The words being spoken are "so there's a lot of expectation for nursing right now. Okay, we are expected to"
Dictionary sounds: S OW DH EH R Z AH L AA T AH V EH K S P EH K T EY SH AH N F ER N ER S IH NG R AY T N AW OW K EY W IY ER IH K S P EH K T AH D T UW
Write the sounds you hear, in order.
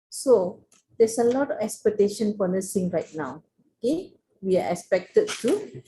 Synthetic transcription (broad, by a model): S OW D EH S AH L AA T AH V EH K S P EH K T EY SH AH N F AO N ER S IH NG R AY T N AW OW K EY W IY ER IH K S P EH K T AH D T UW